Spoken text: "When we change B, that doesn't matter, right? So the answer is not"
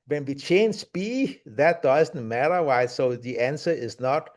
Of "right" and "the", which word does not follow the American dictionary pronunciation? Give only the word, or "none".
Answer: right